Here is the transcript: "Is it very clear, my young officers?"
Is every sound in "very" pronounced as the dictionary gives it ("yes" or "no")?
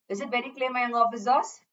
no